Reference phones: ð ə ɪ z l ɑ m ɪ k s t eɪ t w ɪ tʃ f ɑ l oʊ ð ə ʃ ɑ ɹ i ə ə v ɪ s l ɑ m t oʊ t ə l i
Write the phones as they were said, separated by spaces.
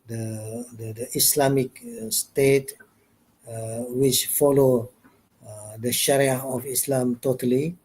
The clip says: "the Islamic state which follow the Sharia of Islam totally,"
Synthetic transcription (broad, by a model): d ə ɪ s l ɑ m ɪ k s t eɪ t w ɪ tʃ f ɑ l oʊ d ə ʃ ɑ ɹ i ə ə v ɪ s l ɑ m t oʊ t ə l i